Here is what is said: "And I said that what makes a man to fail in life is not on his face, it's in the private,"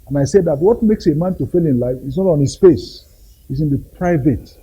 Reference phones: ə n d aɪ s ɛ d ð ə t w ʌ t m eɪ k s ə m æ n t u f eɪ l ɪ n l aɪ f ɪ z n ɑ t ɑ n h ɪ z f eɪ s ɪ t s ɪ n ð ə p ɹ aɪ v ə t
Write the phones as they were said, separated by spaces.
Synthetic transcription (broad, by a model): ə n aɪ s ɛ d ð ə t w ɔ t m eɪ k s ə m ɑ n t u f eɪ l ɪ n l aɪ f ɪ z n ɑ t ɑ n h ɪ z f eɪ s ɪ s ɪ n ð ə p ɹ aɪ v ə t